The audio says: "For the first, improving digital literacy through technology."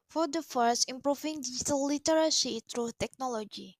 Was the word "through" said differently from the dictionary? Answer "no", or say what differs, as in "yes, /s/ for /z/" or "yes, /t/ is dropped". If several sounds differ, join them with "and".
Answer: yes, /t/ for /θ/